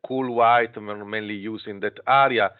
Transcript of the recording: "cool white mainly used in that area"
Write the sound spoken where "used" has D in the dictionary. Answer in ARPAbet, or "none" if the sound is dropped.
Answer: none